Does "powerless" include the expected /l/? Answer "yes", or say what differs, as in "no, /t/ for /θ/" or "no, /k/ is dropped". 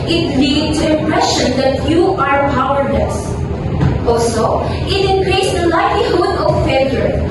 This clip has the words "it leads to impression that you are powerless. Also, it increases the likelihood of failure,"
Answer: no, /n/ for /l/